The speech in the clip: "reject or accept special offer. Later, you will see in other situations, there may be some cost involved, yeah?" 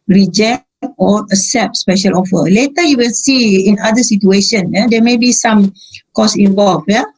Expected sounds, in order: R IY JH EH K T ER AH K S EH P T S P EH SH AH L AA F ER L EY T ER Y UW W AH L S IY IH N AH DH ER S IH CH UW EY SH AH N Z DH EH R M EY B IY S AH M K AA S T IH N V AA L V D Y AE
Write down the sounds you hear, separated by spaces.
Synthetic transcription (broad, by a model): R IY JH EH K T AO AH S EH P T S P EH SH AH L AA F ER L EY T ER Y UW W AH L S IY IH N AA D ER S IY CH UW EY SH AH N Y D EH M EY B IY S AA M K AA S IH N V AA L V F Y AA